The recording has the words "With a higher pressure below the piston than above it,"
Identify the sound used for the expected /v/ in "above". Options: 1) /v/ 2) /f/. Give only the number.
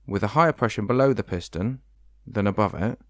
1